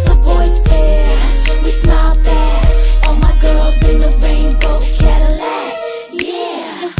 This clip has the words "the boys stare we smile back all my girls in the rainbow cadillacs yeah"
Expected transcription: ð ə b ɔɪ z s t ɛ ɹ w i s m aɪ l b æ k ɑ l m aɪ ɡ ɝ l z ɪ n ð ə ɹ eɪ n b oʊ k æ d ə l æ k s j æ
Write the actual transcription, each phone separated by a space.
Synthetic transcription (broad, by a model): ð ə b ɔɪ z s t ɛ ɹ w i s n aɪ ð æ ɑ l m aɪ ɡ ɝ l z ɪ n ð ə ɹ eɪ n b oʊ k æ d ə l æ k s j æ